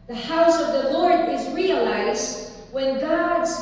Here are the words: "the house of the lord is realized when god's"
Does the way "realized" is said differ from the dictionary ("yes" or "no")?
no